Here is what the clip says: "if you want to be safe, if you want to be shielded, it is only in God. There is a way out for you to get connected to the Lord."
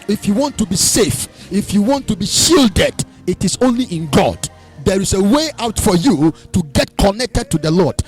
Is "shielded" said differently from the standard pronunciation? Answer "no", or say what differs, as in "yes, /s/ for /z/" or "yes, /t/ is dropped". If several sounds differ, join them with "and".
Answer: no